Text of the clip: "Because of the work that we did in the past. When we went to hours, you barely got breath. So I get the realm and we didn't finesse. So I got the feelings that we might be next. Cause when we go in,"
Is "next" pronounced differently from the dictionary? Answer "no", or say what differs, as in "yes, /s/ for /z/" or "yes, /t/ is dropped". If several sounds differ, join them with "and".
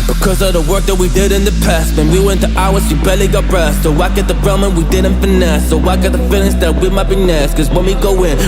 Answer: yes, /k/ is dropped